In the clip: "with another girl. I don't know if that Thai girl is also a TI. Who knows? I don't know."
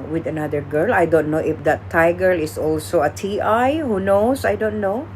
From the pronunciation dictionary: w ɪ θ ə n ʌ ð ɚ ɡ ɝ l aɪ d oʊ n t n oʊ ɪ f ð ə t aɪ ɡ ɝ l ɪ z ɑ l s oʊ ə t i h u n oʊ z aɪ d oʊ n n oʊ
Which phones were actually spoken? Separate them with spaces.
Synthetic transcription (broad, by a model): w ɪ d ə n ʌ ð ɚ ɡ ɝ l aɪ d oʊ n t n oʊ ɪ f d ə t aɪ ɡ ɝ l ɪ s ɑ l s oʊ ə t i h u n oʊ s aɪ d oʊ n n oʊ